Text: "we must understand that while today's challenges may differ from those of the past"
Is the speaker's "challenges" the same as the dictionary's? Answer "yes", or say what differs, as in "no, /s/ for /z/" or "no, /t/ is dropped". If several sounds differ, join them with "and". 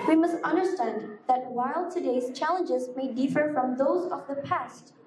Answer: yes